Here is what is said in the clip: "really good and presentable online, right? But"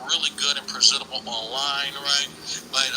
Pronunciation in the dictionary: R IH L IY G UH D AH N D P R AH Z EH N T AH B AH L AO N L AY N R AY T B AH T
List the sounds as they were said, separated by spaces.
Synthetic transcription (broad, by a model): R IH L IY G UH D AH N P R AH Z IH T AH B L AO N L AY N R AY T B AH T